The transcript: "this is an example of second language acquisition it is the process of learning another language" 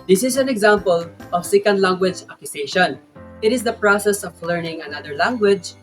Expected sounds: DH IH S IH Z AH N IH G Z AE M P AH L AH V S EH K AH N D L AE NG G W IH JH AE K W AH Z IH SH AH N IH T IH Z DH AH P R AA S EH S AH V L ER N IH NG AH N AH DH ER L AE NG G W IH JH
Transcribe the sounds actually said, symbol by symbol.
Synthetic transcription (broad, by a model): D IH S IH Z AH N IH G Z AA M P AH L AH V S EH K AH N D L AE NG G W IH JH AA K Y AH S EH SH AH N IH T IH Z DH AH P R AA S EH S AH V L ER N IH NG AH N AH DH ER L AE NG G W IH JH